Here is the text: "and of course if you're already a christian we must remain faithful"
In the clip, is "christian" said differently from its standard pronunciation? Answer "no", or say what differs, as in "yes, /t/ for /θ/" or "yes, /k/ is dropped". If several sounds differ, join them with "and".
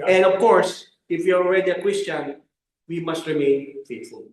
yes, /w/ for /ɹ/